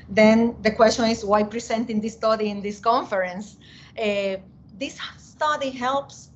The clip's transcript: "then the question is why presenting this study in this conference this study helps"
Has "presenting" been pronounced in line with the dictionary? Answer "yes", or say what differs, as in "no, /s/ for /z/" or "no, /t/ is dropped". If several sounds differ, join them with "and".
no, /s/ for /z/